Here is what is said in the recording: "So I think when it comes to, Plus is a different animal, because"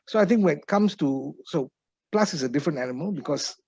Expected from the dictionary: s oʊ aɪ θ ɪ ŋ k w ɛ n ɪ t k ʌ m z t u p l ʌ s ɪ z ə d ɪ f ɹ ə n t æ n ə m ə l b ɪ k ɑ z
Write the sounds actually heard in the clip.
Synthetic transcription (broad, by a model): s oʊ aɪ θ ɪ ŋ k w ɛ n ɪ t k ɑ m s t u p l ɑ s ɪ s ə d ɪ f ɹ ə n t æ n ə m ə l b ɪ k ɑ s